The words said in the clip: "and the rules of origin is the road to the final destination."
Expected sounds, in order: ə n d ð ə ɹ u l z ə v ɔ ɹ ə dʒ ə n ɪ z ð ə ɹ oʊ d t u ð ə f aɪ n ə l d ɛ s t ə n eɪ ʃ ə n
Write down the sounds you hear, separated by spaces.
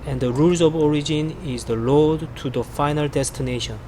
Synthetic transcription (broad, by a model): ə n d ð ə ɹ u l z ə v ɔ ɹ ə dʒ ə n ɪ z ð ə l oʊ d t u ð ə f aɪ n ə l d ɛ s t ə n eɪ ʃ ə n